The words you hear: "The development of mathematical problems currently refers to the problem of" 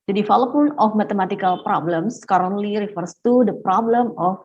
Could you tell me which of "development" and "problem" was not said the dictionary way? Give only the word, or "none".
development